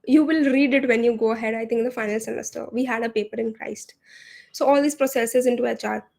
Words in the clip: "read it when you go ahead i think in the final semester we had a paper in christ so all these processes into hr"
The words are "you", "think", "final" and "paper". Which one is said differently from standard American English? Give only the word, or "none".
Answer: think